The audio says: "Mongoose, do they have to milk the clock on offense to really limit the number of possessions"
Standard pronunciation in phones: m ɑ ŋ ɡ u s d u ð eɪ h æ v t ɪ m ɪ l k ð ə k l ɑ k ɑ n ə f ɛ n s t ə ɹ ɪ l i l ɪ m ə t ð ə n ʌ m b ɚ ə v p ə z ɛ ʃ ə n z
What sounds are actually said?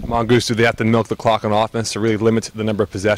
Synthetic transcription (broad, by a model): m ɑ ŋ ɡ u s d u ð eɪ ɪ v t ɪ m ɪ l k ð ə k l ɑ k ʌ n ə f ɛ n s t ə ɹ ɪ l i l ɪ m ə t ð ə n ʌ m b ɚ ə v p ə z ɛ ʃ